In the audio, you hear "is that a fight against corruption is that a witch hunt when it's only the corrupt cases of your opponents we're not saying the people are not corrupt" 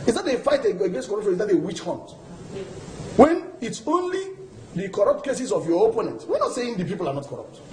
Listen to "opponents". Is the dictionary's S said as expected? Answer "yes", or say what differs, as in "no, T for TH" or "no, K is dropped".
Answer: no, S is dropped